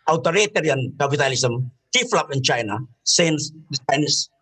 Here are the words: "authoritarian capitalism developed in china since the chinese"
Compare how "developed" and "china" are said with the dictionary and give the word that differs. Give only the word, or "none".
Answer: developed